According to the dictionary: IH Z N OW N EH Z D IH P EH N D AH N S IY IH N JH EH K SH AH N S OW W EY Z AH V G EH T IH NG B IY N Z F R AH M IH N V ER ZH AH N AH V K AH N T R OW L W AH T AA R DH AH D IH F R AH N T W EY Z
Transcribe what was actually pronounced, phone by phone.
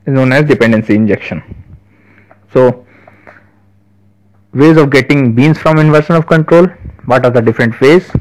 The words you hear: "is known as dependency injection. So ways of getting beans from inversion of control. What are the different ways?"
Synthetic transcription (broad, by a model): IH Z N OW N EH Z D IH P EH N D AH N S IY IH N JH EH K SH AH N S OW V EY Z AH V G EH T IH NG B IY N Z F R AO M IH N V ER SH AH N AH V K AH N T R OW L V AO T AA R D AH D IH F R AH N T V EY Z